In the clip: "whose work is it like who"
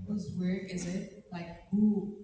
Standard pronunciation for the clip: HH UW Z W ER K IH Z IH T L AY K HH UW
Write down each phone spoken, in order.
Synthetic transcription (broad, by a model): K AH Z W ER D IH Z IH T L AY K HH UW